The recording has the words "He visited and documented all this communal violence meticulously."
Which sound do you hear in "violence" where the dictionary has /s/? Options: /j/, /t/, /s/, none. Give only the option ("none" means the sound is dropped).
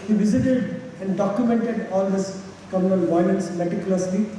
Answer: /s/